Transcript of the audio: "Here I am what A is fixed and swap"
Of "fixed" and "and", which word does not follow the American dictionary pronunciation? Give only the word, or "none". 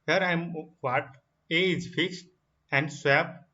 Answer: none